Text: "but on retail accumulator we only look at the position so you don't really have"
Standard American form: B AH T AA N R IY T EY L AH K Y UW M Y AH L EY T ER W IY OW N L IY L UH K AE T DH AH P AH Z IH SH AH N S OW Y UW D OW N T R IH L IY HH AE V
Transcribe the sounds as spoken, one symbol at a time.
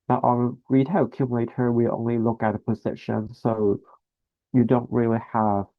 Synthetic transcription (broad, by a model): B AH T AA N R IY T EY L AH K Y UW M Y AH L EY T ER W IY OW N L IY L UH K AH T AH P AH Z IH SH AH N S OW Y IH D OW N T R IH L IY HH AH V